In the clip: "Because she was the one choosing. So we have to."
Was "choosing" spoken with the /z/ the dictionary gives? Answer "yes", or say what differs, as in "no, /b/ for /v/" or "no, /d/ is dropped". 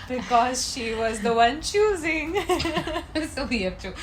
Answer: yes